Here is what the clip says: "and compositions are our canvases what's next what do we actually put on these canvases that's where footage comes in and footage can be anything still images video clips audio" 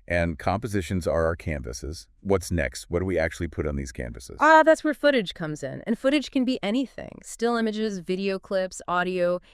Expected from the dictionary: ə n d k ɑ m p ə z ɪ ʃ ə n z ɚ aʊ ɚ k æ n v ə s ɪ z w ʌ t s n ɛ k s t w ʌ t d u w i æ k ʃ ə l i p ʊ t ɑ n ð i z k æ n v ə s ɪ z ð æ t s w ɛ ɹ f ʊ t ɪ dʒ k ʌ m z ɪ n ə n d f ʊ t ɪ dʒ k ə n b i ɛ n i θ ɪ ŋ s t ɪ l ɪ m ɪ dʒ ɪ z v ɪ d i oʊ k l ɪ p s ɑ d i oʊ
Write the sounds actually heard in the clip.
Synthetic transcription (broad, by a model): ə n k ɑ m p ə z ɪ ʃ ə n z ɚ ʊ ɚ k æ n v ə s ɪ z w ʌ t s n ɛ k s t w ʌ t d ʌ w i æ k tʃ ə l i p ʊ t n ð i z k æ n v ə s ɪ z ð æ t s w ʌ ɹ f ʊ t ɪ dʒ k ʌ m z ɪ n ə n f ʊ t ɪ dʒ k ə n b i ɛ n i θ ɪ ŋ s t ɪ l ɪ m ɪ dʒ ɪ z v ɪ d i oʊ k l ɪ p s ɑ d i oʊ